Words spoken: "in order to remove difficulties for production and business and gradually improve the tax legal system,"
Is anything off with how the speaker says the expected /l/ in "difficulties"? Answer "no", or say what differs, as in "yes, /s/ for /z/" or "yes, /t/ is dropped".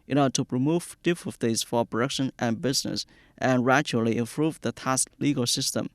yes, /l/ is dropped